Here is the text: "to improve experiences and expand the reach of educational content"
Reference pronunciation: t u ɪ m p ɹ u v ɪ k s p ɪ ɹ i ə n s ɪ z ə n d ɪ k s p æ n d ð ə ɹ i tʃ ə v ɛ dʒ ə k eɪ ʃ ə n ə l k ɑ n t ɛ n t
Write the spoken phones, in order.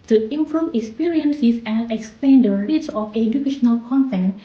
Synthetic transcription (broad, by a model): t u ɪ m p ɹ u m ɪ k s p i ɹ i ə n s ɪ s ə n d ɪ k s p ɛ n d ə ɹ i s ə f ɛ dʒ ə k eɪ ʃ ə n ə l k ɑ n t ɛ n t